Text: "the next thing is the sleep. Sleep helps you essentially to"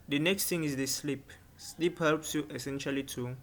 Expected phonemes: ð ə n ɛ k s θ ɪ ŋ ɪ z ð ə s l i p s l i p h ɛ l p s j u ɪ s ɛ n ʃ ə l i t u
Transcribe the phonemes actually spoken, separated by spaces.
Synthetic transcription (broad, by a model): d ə n ɛ k s t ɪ ŋ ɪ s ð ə s l i p s l i p h ɛ l p s j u ɪ s ɛ n ʃ ə l i t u